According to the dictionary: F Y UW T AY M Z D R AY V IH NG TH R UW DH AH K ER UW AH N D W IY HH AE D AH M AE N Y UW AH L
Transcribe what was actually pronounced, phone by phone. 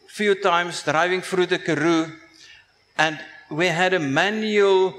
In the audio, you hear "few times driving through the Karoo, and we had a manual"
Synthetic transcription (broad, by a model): F Y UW T AY M S D R AY V IH NG F R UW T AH K ER UW AH N D W IY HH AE D AH M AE N Y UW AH L